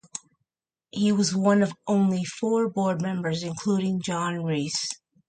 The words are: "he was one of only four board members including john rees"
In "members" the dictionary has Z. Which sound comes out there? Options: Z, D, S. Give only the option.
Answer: Z